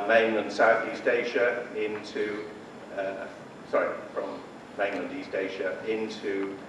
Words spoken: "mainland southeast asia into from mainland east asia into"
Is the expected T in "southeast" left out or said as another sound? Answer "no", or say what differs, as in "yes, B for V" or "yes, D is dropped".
no